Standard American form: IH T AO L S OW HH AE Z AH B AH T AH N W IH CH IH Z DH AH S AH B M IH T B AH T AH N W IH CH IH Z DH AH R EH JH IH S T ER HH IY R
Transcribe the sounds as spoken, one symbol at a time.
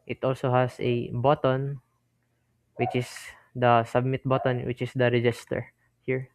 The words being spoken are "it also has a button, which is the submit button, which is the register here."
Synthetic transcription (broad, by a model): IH T AO L S OW HH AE S AH B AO T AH N W IH CH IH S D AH S AH B M IH T B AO T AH N W IH CH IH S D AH R EH JH IH S T ER HH IY R